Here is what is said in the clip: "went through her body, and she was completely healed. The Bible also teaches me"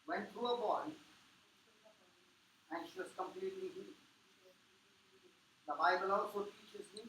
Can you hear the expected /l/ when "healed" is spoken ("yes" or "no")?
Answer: no